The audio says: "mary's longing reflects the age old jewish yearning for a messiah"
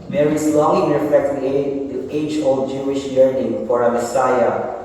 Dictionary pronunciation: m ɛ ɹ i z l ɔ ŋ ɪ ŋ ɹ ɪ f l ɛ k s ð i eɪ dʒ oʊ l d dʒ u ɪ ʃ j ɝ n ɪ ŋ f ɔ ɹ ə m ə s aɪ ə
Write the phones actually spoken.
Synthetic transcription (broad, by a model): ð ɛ ɹ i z l ɔ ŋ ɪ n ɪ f ɛ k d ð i eɪ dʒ oʊ l d dʒ u ɪ ʃ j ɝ n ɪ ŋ f ɔ ɹ ə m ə s aɪ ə